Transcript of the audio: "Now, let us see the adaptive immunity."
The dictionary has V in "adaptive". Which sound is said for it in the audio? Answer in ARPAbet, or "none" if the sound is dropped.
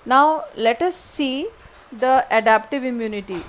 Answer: V